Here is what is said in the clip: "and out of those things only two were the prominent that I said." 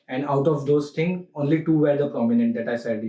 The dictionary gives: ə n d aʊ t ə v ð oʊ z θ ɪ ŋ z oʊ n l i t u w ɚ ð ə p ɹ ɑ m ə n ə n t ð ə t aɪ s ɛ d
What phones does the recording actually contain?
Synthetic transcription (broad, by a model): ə n d aʊ t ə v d oʊ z t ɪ ŋ oʊ n l i t u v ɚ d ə p ɹ ɑ m ə n ə n t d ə t aɪ s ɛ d